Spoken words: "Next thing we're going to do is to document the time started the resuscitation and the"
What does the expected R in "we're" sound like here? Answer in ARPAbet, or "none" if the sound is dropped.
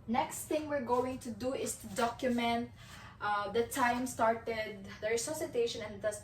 R